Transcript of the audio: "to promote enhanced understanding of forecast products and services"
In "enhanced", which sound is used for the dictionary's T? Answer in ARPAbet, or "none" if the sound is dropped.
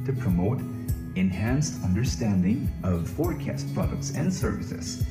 T